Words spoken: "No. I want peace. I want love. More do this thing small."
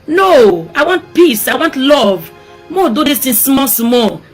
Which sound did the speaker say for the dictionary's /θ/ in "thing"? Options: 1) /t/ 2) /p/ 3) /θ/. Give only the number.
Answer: 1